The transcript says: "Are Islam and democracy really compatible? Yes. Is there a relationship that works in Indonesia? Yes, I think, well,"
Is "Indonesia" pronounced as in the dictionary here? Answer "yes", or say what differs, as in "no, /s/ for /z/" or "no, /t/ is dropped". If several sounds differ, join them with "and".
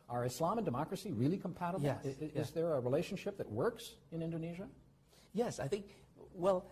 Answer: yes